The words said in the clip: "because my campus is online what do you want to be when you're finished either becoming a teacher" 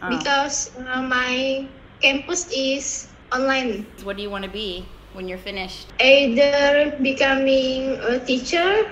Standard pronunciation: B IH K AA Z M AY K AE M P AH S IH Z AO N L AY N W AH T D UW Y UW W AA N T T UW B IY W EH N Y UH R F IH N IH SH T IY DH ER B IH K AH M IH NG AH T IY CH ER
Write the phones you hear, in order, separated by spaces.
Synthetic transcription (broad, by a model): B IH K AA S M AY K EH M P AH S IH S AO N L AY N W AH T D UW Y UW W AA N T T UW B IY W EH N Y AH R F IH N IH SH T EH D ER B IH K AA M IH NG AH T IY CH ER